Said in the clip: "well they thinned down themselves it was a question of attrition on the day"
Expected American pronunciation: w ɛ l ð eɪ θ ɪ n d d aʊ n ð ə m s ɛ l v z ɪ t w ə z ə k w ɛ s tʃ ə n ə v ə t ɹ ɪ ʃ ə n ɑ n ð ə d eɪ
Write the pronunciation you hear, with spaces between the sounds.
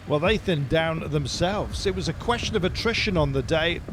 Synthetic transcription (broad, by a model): w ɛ l ð eɪ θ ɪ n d d aʊ n ð ə m s ɛ l v z ɪ t w ə z ə k w ɛ s tʃ ə n ə v ə t ɹ ɪ ʃ ə n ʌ n ð ə d eɪ